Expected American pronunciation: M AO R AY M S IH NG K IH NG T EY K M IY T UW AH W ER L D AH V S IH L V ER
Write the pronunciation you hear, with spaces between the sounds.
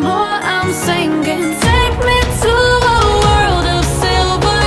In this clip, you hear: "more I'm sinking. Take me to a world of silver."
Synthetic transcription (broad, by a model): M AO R AY M S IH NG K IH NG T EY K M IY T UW AH W ER L D AH V S IH L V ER